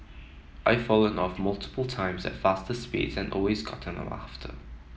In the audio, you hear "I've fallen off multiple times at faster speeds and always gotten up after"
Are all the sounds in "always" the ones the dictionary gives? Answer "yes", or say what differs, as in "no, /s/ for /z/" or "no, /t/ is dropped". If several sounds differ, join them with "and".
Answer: yes